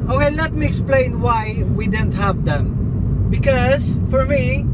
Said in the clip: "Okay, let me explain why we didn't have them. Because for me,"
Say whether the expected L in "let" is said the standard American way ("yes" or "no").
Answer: no